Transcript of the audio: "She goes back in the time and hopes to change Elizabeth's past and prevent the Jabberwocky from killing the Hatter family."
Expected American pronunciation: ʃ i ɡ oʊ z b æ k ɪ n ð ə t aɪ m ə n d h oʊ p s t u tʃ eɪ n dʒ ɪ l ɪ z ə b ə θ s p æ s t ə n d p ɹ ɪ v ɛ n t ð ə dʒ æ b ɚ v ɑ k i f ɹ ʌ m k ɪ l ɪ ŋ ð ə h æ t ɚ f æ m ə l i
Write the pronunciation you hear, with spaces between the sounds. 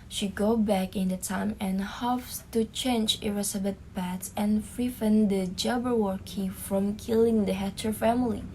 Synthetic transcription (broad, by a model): ʃ i ɡ oʊ b æ k ɪ n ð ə t aɪ m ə n h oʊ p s t u tʃ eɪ n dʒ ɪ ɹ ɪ s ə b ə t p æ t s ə n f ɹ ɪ f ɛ n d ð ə dʒ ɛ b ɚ w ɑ k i f ɹ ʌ m k ɪ l ɪ ŋ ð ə h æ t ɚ f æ m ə l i